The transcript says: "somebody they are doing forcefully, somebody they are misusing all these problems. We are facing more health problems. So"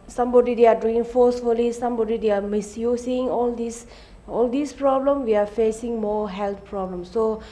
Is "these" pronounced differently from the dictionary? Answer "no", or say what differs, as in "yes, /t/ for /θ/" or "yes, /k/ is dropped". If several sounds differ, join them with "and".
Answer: yes, /s/ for /z/